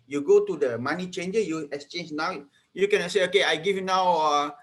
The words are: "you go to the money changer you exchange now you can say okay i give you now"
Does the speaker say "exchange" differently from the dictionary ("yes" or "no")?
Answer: no